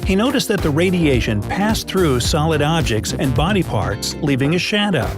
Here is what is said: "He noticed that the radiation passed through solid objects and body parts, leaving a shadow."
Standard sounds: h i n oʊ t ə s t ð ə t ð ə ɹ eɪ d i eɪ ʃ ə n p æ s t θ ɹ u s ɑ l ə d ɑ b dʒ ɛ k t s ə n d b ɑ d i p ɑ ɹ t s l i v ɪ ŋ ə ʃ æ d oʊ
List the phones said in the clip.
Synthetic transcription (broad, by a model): h i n oʊ t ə s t ð ə t ð ə ɹ eɪ d i eɪ ʃ ə n p æ s θ ɹ u s ɑ l ə d ɑ b dʒ ɛ k t s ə n b ɑ d i p ɑ ɹ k s l i v ɪ ŋ ə ʃ æ d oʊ